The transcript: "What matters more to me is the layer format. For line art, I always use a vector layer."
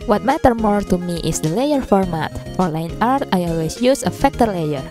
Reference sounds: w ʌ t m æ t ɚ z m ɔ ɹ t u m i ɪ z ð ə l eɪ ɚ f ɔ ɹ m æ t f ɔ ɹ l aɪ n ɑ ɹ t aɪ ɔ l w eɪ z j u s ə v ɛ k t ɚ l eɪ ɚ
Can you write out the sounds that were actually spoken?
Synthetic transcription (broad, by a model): w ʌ t m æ t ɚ m ɔ ɹ t u m i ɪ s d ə l eɪ ɚ f ɔ ɹ m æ t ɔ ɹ l aɪ n ɑ ɹ t aɪ ɔ l w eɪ s j u s ə f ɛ k t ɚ l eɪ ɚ